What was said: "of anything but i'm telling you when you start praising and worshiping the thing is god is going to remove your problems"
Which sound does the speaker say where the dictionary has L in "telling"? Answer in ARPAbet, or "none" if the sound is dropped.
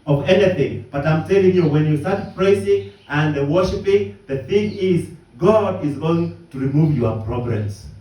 none